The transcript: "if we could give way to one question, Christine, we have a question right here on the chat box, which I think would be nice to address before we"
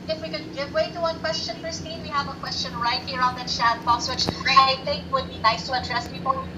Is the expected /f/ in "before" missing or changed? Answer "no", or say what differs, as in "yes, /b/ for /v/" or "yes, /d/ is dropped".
yes, /p/ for /f/